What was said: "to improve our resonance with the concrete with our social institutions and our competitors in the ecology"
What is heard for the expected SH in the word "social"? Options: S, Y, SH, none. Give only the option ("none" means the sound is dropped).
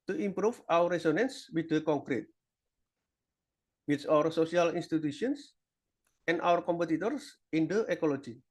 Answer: S